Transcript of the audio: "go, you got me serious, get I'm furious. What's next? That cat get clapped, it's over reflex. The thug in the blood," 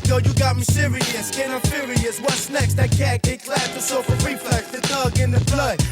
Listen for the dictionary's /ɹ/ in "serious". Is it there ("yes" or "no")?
yes